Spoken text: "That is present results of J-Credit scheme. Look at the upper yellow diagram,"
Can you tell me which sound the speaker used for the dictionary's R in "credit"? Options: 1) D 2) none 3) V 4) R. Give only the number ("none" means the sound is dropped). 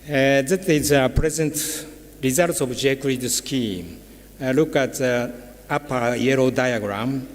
2